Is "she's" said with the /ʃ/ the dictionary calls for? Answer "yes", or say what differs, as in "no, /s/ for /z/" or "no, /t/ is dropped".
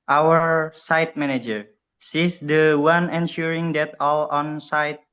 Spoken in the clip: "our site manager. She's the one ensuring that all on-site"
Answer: no, /s/ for /ʃ/